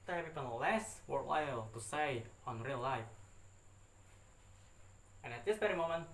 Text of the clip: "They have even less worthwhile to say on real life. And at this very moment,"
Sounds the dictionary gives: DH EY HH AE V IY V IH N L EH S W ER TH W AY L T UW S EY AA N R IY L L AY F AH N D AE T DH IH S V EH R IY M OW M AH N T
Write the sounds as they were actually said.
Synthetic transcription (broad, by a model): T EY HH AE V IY P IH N L EH S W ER T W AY L T UW S EY AA N R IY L L AY F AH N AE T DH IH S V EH R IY M OW M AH N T